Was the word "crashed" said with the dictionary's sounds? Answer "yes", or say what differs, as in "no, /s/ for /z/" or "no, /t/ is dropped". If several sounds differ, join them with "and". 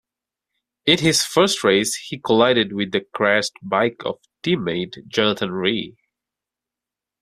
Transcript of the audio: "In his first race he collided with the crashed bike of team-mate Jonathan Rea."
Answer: no, /s/ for /ʃ/